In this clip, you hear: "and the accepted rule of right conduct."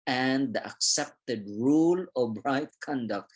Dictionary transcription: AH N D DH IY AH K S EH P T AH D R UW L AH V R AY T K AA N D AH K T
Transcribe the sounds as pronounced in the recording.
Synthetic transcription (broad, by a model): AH N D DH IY AH K S EH P T AH D R UW L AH B R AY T K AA N D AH K T